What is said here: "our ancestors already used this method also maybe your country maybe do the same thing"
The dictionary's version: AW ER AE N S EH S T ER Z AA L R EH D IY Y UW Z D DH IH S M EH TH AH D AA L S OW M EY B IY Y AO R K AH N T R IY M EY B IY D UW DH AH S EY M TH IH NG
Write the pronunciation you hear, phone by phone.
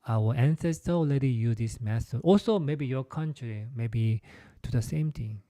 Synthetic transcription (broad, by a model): AW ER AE N S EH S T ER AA L EH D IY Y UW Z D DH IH S M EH T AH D AA L S OW M EY B IY Y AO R K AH N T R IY M EY B IY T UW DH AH S EY M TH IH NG